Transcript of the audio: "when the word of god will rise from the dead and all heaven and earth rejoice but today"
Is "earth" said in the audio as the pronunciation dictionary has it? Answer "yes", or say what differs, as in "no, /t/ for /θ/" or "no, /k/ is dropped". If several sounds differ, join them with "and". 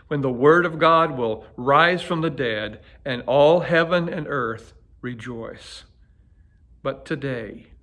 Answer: yes